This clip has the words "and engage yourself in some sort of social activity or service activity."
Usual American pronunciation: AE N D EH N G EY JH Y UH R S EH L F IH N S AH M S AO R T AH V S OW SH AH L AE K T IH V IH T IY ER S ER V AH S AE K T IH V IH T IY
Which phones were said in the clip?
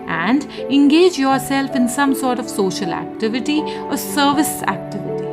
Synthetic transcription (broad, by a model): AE N D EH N G EY JH Y UH R S EH L F IH N S AH M S AO R T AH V S OW SH AH L AE K T IH V IH T IY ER S ER V AH S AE K T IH V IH T IY